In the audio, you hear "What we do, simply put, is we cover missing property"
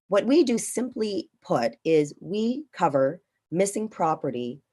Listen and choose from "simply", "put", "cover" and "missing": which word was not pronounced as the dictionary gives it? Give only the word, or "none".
none